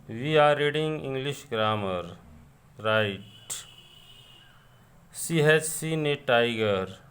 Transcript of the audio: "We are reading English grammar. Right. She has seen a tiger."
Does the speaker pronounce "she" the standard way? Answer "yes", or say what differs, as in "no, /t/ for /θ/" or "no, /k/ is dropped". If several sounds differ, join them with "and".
no, /s/ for /ʃ/